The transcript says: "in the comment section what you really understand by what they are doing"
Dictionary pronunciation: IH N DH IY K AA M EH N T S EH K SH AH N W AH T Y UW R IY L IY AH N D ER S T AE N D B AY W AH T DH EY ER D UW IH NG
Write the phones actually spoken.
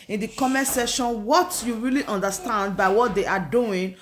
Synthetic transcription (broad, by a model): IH N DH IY K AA M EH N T S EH SH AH N W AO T Y UW R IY L IY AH N D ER S T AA N D B AY W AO T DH EY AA D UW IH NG